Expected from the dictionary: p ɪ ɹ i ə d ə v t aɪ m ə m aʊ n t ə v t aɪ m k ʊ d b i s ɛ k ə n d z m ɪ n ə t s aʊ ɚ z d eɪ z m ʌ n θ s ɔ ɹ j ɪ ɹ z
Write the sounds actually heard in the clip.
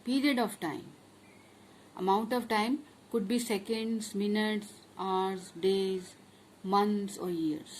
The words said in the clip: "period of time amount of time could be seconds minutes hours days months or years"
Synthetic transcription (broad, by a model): p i ɹ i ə d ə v t aɪ m ə m aʊ n t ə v t aɪ m k ʊ d b i s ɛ k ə n d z m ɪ n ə t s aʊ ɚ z d eɪ z m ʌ n t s ɔ ɹ j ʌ ɹ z